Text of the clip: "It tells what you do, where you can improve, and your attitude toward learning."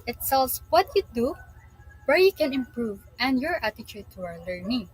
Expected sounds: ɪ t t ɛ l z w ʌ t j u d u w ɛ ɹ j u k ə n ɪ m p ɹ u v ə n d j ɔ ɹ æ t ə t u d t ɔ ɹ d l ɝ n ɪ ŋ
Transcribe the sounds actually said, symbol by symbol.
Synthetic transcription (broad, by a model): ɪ t s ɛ l s w ʌ t j u d u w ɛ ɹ j u k ə n ɪ m p ɹ u v ə n d j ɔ ɹ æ t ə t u d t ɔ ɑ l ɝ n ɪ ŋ